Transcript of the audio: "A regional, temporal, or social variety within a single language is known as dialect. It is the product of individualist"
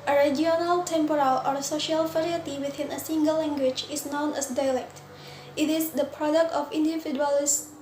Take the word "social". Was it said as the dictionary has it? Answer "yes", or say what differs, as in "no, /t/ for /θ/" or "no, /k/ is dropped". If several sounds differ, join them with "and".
yes